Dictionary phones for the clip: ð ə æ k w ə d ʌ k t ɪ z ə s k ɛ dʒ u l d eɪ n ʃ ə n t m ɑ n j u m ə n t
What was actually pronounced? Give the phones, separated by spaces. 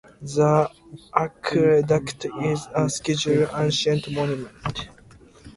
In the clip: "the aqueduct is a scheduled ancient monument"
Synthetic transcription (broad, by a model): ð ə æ k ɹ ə d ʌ k t ɪ z ə s k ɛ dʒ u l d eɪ n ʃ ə n t m ɑ n j u m ə n t